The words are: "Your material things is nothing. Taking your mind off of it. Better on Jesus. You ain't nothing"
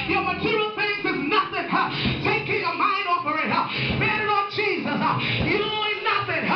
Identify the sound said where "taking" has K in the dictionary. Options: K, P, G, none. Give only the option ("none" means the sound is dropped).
K